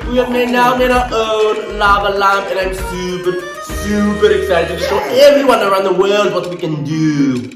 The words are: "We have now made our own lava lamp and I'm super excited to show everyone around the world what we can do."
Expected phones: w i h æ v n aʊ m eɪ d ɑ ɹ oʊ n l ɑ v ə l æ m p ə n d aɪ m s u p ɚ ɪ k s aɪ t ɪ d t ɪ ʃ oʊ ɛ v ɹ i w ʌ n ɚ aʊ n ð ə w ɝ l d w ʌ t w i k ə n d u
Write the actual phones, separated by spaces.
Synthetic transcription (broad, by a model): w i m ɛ n aʊ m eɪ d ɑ oʊ n l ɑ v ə l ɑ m ə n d aɪ m s u p ɚ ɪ k s aɪ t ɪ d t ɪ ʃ oʊ ɛ v ɹ i w ʌ n ɚ aʊ n ð ə w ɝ l d w ʌ t w i k ə n d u